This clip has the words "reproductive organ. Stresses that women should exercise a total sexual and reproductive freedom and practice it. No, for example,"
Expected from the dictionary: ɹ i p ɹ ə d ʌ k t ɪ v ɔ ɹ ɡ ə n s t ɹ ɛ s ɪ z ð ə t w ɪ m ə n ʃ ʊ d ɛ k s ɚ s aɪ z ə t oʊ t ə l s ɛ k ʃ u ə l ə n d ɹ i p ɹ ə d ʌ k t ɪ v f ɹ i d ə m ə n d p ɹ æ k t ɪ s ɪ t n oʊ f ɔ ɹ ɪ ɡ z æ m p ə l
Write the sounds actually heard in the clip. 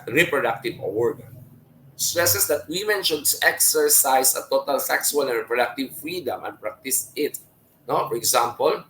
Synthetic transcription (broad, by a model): ɹ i p ɹ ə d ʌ k t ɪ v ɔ ɹ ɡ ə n s t ɹ ɛ s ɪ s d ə t w ɪ m ə n ʃ ʊ d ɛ k s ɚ s aɪ s ə t oʊ t ə l s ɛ k s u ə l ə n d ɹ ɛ p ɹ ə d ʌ k t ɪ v f ɹ i d ə m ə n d p ɹ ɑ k t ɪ s ɪ t n oʊ f ɔ ɹ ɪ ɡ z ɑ m p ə l